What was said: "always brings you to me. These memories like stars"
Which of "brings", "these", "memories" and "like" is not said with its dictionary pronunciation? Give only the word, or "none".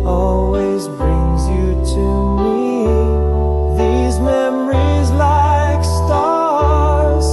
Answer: none